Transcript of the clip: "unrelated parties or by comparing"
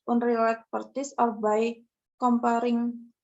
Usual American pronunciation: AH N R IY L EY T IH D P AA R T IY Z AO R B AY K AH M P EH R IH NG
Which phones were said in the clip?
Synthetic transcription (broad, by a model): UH N R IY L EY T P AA R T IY S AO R B AY K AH M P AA R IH NG